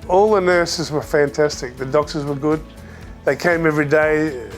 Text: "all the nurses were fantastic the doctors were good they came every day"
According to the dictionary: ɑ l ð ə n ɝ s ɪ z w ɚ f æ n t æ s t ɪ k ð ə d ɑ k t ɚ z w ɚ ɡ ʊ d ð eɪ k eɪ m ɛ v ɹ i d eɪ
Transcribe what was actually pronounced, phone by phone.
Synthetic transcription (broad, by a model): ɑ l ð ə n ɝ s ɪ z w ɚ f æ n t æ s t ɪ k ð ə d ɑ k t ɚ z w ɚ ɡ ʊ d ð eɪ k eɪ m ɛ v ɹ i d eɪ